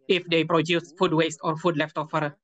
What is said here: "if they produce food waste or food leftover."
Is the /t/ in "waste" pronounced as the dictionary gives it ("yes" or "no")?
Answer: yes